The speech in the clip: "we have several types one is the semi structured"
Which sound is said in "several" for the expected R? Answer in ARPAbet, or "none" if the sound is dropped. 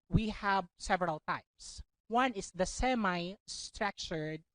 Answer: R